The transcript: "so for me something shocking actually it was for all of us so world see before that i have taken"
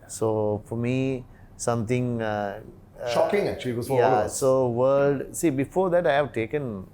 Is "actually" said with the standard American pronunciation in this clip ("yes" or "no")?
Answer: no